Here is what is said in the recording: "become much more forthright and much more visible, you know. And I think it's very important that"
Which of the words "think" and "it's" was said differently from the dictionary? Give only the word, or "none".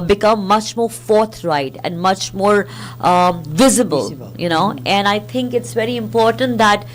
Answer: think